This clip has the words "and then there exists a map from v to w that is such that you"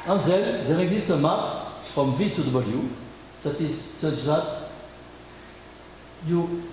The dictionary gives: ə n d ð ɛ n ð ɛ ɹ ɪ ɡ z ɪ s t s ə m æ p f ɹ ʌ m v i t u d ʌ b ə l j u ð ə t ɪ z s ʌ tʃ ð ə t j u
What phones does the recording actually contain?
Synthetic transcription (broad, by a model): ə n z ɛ l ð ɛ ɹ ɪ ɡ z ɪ s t ə m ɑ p f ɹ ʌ m v i t u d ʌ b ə l j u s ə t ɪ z s ʌ tʃ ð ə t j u